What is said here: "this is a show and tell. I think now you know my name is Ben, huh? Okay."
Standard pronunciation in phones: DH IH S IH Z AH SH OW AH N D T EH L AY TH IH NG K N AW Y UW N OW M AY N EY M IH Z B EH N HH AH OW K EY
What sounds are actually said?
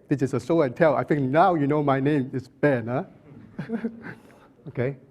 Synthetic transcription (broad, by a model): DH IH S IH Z AH S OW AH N T EH L AY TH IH NG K N AW Y UW N OW M AY N EY M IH S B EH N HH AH OW K EY